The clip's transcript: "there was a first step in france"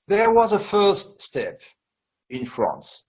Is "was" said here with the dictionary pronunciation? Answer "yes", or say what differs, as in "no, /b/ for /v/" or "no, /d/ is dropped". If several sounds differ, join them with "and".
yes